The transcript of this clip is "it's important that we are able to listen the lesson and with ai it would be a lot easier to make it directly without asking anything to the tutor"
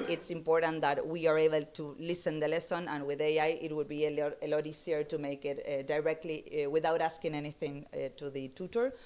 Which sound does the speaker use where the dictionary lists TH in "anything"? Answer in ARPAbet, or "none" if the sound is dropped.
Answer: TH